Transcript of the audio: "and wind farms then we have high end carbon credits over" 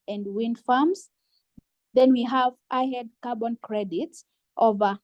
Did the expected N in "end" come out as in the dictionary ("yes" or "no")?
no